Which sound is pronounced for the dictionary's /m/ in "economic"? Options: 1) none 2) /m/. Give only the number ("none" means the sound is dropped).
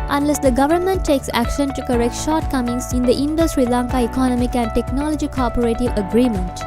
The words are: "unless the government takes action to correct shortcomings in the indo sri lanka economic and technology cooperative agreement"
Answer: 2